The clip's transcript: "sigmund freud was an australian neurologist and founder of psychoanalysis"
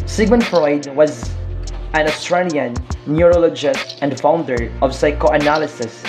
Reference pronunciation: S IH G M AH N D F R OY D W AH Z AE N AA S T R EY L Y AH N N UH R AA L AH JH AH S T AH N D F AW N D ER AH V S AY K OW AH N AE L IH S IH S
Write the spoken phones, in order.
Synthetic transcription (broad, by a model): S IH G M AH N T F R OY D W AH Z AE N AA S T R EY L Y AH N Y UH R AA L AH JH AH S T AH N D F AW N D ER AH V S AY K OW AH N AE L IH S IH S